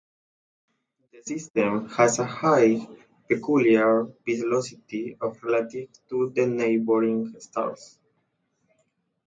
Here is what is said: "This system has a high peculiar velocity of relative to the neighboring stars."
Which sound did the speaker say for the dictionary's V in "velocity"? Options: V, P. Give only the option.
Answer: P